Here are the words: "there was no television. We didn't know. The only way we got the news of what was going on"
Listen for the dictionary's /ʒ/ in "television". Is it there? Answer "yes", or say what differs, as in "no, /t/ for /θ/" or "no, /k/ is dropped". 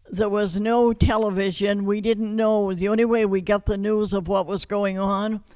yes